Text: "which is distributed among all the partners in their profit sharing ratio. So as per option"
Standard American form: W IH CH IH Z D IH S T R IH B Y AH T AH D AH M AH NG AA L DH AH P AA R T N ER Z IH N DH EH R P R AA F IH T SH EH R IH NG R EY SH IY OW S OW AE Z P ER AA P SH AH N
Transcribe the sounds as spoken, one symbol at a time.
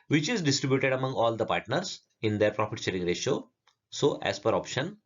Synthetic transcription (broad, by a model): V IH CH IH Z D IH S T R IH B Y AH T AH D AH M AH NG AA L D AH P AA R T N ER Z IH N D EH R P R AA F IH T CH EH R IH NG R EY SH OW S OW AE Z P ER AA P SH AH N